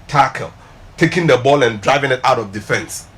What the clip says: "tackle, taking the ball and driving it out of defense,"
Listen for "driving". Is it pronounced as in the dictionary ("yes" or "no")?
yes